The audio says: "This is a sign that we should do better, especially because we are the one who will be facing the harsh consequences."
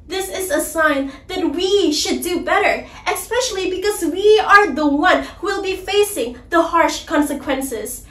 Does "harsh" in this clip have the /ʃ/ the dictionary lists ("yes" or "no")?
yes